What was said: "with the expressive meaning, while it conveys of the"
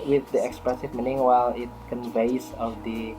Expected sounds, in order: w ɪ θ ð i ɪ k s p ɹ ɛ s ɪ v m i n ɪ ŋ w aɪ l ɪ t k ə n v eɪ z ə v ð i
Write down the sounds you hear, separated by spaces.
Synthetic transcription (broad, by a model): w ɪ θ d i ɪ k s p ɹ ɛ s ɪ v m i n ɪ ŋ w aɪ l ɪ t k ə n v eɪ s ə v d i